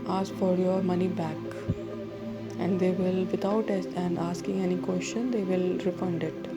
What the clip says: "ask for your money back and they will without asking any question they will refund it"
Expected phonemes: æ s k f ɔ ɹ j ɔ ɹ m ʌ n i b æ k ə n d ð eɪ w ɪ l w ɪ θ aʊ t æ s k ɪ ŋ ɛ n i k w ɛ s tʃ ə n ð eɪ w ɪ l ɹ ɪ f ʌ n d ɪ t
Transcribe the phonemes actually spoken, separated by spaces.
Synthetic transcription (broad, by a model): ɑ s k f ɔ ɹ j ɔ ɹ m ʌ n i b æ k ə n d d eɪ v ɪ l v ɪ t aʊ t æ s k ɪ ŋ ɛ n i k w ɛ s tʃ ə n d eɪ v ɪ l ɹ ɪ f ʌ n d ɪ t